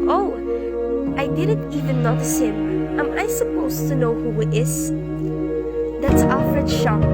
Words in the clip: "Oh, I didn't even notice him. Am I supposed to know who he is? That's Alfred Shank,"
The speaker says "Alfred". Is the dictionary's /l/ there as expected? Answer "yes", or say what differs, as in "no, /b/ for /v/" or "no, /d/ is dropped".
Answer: no, /l/ is dropped